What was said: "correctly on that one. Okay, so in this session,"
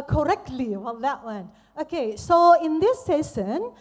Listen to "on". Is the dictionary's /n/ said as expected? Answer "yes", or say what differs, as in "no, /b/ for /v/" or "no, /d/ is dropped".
no, /l/ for /n/